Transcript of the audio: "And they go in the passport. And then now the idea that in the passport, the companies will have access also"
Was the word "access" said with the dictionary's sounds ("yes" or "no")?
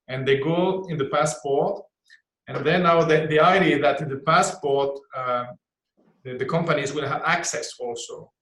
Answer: yes